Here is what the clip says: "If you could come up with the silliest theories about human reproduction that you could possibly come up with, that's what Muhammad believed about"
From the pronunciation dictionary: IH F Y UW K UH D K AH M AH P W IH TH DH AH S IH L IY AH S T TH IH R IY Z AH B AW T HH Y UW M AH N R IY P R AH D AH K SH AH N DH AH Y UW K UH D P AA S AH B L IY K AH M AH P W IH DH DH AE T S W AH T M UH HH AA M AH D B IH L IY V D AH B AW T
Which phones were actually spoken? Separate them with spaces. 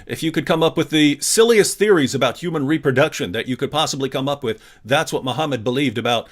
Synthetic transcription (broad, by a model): IH F Y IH K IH D K AH M AH P W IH DH AH S IH L IY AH S TH IH R IY Z AH B AW T HH Y UW M AH N R IY P R AH D AH K SH AH N DH AH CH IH K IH D P AA S AH B L IY K AH M AH P W IH DH DH AE T S W AH T M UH HH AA M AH D B IH L IY V D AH B AW T